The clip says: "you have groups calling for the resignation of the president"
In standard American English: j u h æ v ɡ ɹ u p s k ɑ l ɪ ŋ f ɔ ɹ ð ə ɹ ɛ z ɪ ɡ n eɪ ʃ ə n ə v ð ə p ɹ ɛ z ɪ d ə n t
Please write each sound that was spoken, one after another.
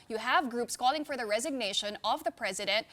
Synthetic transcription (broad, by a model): j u h æ v ɡ ɹ u p s k ɑ l ɪ ŋ f ɔ ɹ ð ə ɹ ɛ z ɪ ɡ n eɪ ʃ ə n ə v ð ə p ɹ ɛ z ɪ d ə n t